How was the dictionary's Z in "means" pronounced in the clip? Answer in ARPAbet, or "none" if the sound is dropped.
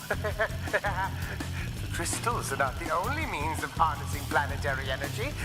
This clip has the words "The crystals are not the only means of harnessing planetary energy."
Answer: Z